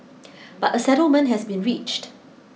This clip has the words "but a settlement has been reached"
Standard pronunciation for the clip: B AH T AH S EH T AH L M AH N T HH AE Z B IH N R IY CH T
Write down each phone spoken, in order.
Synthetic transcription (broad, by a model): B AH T AH S EH T AH L M AH N T HH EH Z B IH N R IY CH T